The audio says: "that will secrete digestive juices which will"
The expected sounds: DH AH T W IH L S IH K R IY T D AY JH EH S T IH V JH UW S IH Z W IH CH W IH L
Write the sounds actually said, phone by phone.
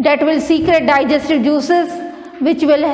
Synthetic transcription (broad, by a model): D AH T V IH L S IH K R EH T D AY JH EH S T IH V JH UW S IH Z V IH CH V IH L